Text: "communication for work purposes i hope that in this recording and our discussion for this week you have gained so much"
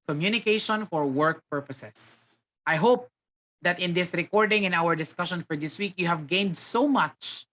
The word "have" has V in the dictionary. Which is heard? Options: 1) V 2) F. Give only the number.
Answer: 1